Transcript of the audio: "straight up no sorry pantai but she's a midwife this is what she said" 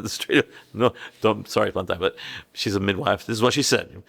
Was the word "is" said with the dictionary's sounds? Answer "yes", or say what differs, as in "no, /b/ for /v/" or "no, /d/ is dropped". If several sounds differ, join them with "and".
yes